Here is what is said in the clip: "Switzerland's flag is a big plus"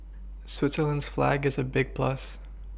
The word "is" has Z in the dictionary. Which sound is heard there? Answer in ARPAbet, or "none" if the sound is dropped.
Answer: Z